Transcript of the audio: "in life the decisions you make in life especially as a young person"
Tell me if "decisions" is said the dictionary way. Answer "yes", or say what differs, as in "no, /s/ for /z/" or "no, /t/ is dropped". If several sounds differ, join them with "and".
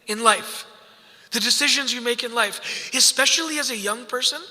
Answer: yes